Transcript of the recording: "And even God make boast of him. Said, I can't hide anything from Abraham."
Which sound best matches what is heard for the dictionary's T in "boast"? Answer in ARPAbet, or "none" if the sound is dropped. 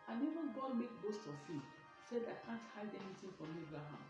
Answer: T